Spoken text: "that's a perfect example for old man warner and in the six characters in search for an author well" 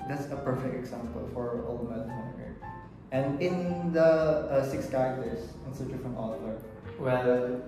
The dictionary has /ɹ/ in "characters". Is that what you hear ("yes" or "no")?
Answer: no